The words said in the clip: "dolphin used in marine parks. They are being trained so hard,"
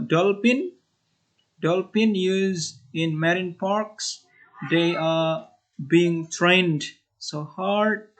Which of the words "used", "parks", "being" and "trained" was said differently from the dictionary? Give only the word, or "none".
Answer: used